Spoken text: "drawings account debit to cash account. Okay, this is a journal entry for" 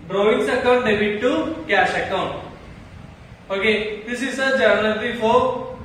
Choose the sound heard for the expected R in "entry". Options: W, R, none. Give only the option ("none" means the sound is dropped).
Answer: none